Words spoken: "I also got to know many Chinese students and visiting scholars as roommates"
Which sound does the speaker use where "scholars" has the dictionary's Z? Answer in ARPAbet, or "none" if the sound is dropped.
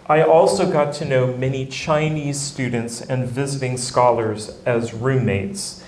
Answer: Z